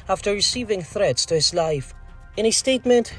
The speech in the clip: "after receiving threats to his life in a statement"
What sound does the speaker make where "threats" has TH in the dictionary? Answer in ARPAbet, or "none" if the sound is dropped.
TH